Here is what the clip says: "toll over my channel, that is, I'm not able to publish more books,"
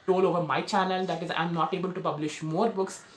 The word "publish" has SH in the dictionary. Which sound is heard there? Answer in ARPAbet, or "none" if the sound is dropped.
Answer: SH